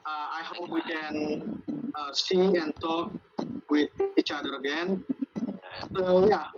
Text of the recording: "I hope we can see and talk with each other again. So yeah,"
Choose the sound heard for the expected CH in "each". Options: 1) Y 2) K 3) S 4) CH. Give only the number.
4